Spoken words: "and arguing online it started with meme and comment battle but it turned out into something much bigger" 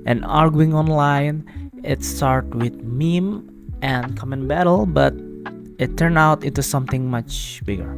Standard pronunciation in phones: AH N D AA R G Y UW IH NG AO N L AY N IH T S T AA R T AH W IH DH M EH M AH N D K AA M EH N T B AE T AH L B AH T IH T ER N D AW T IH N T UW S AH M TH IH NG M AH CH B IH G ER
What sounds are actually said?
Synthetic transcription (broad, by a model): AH N AA R G Y UW IH NG AO N L AY N IH T S T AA R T W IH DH M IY M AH N K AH M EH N B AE T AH L B AH T IH T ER N AW T IH N T UW S AH M TH IH NG M AH CH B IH G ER